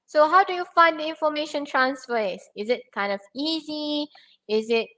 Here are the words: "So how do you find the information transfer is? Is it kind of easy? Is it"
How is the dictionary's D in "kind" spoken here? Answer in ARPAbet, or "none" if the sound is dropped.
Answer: D